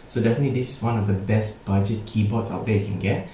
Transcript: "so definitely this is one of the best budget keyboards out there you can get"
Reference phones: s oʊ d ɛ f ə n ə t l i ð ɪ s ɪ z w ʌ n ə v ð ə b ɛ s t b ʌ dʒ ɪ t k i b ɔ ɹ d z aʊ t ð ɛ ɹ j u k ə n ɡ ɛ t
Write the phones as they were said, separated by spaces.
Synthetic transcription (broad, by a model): s oʊ d ɛ f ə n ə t l i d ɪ s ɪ s w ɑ n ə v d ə b ɛ s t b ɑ dʒ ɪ t k i b ɔ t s aʊ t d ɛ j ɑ k ə n ɡ ɛ t